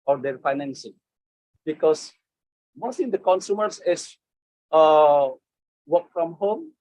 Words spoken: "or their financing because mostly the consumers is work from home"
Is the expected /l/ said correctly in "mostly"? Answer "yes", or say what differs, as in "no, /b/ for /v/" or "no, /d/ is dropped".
no, /l/ is dropped